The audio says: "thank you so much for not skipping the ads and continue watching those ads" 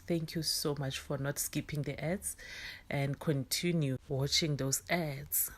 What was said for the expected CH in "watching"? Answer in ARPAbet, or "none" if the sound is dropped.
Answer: CH